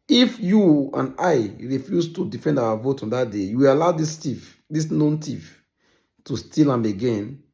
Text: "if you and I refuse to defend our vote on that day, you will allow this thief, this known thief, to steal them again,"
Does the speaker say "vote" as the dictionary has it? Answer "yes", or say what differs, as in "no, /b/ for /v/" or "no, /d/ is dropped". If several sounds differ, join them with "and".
yes